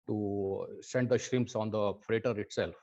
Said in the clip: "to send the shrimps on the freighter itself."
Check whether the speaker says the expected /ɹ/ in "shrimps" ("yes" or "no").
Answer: yes